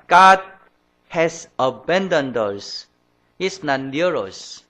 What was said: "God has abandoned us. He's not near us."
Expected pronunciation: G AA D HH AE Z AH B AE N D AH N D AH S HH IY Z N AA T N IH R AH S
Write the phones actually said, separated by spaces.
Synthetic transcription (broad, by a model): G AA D HH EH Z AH B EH N D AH N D AH S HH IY S N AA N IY R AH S